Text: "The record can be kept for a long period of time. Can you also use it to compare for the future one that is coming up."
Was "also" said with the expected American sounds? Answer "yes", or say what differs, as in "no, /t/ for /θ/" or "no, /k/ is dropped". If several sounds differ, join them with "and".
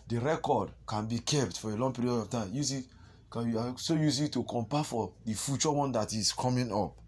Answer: no, /l/ is dropped